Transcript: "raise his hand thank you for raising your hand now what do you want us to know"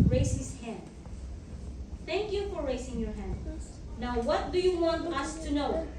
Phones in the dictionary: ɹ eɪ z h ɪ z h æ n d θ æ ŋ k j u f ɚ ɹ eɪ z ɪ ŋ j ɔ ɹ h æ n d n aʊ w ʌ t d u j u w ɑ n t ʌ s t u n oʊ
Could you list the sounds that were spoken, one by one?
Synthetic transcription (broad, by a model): ɹ eɪ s h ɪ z h æ n d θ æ ŋ k j u f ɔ ɹ eɪ s ɪ ŋ j ɔ ɹ h æ n d n aʊ w ʌ t d u j u w ɑ n t ʌ s t u n oʊ